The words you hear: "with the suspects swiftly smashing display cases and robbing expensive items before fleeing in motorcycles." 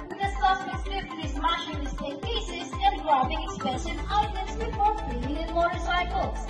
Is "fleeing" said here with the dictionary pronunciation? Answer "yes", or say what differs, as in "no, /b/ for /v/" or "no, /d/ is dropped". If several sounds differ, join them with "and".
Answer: no, /l/ is dropped